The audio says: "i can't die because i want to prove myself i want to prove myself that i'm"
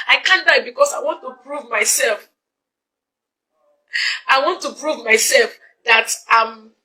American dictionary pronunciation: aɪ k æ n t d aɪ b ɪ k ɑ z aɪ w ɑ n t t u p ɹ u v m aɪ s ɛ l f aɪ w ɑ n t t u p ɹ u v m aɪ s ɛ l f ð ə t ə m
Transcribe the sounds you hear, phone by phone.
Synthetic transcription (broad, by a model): aɪ k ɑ n d aɪ b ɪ k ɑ s aɪ w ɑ n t t u p ɹ u v m aɪ s ɛ l f aɪ w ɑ n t t u p ɹ u v m aɪ s ɛ l f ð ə t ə m